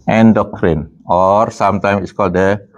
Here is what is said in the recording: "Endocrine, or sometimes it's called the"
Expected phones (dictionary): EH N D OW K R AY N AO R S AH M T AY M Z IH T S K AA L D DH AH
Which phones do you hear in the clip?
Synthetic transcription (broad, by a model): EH N D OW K R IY N AO R S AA M T AY M IH T S K AA L D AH